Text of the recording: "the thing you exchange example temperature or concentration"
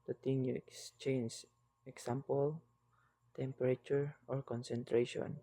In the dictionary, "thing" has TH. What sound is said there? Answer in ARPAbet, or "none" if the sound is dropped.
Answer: T